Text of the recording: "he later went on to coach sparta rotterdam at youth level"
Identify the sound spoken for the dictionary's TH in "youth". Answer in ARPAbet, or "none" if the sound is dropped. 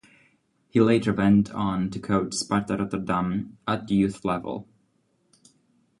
TH